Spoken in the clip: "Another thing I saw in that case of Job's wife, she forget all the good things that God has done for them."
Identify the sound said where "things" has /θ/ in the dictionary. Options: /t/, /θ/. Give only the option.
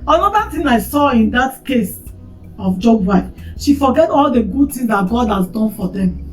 /t/